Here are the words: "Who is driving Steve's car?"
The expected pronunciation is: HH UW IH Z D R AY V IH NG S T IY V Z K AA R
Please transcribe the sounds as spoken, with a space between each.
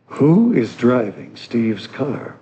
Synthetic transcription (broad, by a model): HH UW IH Z D R AY V IH NG S T IY V Z K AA R